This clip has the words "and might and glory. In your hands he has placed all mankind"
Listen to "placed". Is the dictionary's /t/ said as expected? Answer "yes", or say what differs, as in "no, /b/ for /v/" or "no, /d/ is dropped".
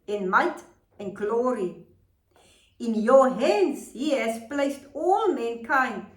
yes